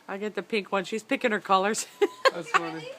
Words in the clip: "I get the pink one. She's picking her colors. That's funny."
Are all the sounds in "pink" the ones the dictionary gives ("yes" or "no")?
yes